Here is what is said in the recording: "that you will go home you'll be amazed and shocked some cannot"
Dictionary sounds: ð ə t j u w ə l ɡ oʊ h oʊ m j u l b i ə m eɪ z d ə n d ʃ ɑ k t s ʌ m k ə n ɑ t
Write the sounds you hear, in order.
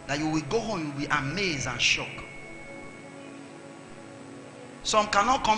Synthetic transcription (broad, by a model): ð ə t j u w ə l ɡ oʊ h oʊ m j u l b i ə m eɪ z ə n ʃ ɑ k s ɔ m k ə n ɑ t